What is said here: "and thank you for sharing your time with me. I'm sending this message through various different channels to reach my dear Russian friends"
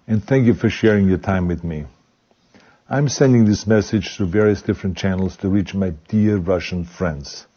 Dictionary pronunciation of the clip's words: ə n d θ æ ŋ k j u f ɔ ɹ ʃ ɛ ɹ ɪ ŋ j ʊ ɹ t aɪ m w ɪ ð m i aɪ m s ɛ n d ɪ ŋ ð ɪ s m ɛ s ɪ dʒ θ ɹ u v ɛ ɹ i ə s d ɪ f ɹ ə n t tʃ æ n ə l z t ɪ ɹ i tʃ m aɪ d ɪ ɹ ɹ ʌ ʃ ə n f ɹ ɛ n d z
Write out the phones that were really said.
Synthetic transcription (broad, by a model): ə n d θ æ ŋ k j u f ɔ ɹ ʃ ɛ ɹ ɪ ŋ j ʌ ɹ t aɪ m w ɪ ð m i aɪ m s ɛ n d ɪ ŋ ð ɪ s m ɛ s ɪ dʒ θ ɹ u v ɛ ɹ i ə s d ɪ f ɹ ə n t tʃ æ n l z t ɪ ɹ i tʃ m aɪ d ɪ ɹ ɹ ʌ ʃ ə n f ɹ ɛ n d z